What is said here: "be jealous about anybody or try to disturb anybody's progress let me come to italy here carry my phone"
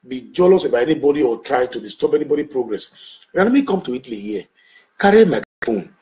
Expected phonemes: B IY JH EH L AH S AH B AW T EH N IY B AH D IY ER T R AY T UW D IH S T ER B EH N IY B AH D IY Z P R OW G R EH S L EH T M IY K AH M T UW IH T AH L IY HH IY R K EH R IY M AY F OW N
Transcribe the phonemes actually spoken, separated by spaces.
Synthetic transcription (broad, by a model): B IY JH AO L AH S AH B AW EH N IY B AH D IY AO T R AY T UW D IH S T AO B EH N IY B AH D IY P R OW G R EH S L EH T M IY K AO M T UW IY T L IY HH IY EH K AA R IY M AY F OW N